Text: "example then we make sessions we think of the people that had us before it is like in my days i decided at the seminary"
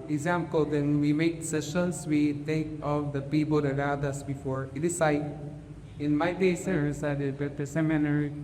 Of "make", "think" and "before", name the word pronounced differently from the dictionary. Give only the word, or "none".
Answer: think